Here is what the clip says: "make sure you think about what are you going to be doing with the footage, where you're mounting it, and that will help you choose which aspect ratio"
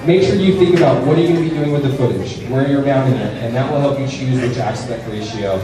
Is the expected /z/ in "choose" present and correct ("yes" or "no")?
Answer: yes